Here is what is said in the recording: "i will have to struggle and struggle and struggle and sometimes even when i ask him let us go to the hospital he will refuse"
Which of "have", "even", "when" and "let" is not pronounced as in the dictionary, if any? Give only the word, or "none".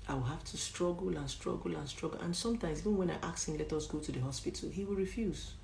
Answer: have